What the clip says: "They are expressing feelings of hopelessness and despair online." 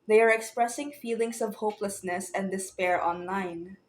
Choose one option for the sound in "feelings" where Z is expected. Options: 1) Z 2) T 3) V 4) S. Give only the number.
4